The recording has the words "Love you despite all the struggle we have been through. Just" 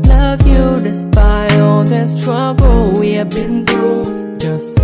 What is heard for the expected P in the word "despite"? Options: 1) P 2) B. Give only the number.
2